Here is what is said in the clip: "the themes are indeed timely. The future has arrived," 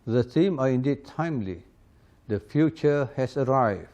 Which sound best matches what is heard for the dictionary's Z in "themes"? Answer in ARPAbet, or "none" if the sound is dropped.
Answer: none